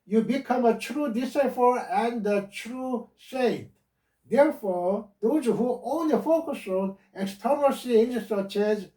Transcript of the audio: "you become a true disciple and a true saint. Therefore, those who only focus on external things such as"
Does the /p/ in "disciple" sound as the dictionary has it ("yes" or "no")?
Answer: no